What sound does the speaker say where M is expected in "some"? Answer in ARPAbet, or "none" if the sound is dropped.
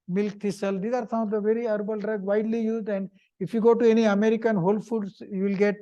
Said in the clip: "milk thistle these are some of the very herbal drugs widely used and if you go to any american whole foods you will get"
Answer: none